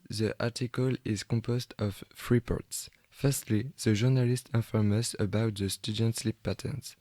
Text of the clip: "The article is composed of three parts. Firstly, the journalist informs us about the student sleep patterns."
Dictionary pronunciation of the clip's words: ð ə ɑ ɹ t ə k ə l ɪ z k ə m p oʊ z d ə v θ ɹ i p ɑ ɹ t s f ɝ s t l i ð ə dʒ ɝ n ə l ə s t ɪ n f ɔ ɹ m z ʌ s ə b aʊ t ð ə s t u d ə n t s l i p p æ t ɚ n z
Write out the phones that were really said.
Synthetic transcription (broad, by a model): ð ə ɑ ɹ t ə k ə l ɪ z k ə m p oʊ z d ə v f ɹ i p ɑ ɹ t s f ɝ s t l i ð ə ʒ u n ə l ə s t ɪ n f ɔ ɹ m ʌ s ə b aʊ t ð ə s t u d ə n t s l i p p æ t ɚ n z